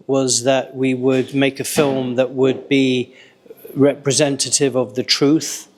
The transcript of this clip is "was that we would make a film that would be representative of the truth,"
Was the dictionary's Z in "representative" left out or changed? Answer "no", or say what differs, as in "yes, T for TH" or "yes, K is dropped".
no